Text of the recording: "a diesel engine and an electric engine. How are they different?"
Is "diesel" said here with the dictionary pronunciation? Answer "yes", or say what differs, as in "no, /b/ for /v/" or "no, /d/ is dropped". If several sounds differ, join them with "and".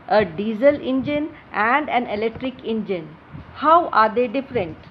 yes